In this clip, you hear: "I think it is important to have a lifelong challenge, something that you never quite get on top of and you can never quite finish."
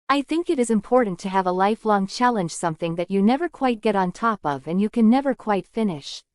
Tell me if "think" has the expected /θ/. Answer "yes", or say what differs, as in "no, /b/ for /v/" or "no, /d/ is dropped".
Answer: yes